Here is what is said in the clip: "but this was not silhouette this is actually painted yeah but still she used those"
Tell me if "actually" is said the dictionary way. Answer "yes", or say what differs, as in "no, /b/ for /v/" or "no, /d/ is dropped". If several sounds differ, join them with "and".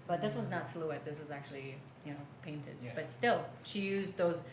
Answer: no, /n/ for /l/